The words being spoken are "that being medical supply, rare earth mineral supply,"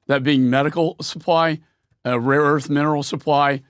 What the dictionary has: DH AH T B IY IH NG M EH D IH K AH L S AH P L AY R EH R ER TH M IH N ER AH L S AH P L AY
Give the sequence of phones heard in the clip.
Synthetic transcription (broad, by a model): DH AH T B IY IH NG M EH D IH K L S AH P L AY R EH R ER TH M IH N ER L S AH P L AY